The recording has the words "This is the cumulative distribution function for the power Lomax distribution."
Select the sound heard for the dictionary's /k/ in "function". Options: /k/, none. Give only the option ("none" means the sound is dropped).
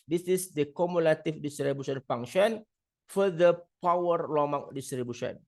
none